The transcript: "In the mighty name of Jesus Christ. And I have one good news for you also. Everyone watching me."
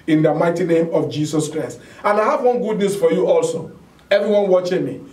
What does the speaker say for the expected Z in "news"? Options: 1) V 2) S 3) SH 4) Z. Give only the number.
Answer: 2